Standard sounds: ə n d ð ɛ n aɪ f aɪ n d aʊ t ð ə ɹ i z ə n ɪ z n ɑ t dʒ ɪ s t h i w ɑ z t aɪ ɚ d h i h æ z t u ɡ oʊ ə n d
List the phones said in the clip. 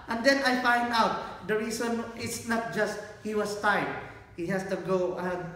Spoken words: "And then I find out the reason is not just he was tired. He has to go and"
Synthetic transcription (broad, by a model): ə n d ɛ n aɪ f aɪ n d aʊ t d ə ɹ i s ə n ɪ s n ɑ t dʒ ɪ s t h i w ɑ s t aɪ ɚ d h i h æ s t u ɡ oʊ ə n